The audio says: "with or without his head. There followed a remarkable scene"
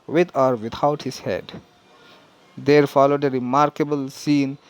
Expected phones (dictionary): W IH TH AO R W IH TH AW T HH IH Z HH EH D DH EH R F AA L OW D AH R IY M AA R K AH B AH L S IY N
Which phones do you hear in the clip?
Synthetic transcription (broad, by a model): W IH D AO R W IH T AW T HH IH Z HH EH D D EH R F AA L OW D AH R IY M AA R K AH B AH L S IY N